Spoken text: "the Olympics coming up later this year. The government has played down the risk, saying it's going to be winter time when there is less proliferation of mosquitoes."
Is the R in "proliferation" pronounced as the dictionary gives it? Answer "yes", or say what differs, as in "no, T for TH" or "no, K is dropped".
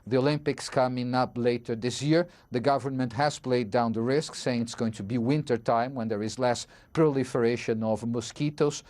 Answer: yes